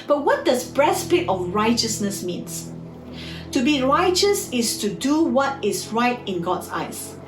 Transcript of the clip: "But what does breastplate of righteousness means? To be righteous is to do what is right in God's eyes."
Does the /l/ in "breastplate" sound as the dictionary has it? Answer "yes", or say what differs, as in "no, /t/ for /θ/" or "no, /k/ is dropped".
no, /l/ is dropped